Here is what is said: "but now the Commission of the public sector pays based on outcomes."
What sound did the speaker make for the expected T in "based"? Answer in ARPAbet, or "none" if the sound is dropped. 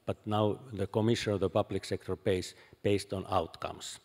T